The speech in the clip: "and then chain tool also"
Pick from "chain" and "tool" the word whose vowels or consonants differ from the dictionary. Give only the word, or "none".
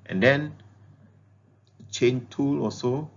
none